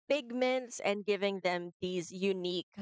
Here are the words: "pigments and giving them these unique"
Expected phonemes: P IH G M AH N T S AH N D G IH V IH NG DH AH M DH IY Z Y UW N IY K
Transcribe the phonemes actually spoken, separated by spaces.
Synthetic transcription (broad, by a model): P IH G M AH N T S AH N G IH V IH NG DH AH M DH IY Z Y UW N IY K